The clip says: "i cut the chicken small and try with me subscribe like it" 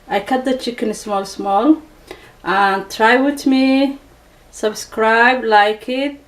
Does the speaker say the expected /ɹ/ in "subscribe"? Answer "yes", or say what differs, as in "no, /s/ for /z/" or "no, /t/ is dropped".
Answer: yes